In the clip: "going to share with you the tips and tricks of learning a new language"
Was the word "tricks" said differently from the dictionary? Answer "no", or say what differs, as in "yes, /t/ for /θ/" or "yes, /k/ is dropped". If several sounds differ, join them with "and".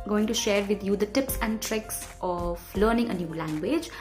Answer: no